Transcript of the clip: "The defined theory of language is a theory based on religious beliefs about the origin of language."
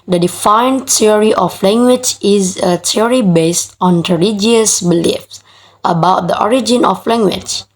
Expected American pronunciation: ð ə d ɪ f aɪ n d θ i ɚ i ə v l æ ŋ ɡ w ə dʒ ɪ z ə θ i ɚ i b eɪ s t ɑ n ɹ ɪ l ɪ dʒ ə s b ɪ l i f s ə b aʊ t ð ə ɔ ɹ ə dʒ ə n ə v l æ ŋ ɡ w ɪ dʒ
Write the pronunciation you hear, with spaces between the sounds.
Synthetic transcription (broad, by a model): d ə d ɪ f aɪ n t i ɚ i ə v l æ ŋ ɡ w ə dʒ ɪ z ə t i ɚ i b eɪ s t ɑ n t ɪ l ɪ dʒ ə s b ɪ l i f s ə b aʊ t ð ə ɔ ɹ ə dʒ ə n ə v l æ ŋ ɡ w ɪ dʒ